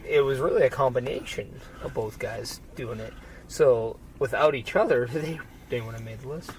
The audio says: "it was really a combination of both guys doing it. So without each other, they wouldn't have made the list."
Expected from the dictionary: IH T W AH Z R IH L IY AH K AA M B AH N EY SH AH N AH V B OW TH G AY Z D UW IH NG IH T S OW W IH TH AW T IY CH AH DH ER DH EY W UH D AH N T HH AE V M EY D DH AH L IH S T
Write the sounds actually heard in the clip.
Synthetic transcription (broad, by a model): IH T W AH Z R IH L IY AH K AA M B AH N EY SH AH N AH V B OW TH G AY Z D UW IH NG IH T S OW W IH TH AW T IY CH AH DH ER DH EY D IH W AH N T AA M EY D DH AH L IH S T